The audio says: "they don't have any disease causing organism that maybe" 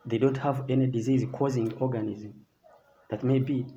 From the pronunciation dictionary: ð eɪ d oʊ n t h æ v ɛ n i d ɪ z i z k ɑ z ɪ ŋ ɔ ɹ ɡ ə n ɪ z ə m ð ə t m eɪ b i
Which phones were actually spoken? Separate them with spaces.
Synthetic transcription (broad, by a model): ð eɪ d oʊ n t h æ v ɛ n i d ɪ z i z k ɑ z ɪ ŋ ɔ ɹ ɡ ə n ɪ z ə m ð ə t m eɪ b i